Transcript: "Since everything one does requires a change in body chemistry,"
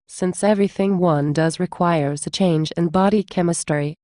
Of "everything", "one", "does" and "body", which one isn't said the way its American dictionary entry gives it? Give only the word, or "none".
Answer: none